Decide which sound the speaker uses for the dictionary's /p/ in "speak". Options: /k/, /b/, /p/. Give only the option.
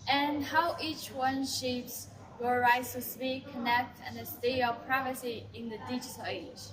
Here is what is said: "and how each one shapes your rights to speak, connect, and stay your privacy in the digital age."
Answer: /b/